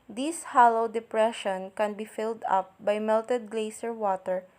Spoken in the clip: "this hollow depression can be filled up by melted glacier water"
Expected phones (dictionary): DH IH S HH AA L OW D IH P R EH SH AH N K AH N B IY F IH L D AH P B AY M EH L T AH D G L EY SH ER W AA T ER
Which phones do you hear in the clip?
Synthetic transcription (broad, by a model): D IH S HH AA L OW D IH P R EH SH AH N K AH N B IY F IH L D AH P B AY M EH L T AH D G L EY S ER W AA T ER